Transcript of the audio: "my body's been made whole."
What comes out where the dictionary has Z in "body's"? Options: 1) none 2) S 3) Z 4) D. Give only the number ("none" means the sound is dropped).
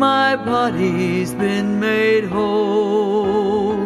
3